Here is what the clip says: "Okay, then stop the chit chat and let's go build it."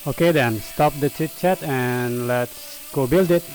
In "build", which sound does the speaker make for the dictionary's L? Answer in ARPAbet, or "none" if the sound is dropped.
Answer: L